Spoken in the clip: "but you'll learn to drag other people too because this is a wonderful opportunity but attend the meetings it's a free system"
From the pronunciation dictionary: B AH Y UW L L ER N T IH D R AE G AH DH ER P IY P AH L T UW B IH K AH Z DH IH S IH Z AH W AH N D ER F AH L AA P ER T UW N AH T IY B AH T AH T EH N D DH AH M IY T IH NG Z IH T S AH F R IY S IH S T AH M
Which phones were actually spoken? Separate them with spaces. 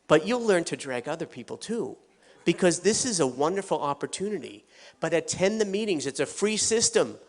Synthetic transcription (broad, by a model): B AH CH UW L L ER N T IH D R AE G AH DH ER P IY P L T UW B IH K AH Z DH IH S IH Z AH W AH N D ER F L AA P ER T UW N AH T IY B AH T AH T EH N DH AH M IY T IH NG Z IH T S AH F R IY S IH S T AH M